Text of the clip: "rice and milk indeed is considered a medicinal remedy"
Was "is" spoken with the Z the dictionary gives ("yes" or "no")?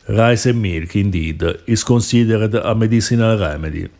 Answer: no